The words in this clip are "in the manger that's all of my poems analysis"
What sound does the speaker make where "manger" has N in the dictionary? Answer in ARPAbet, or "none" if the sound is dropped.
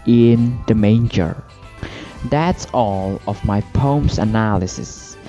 N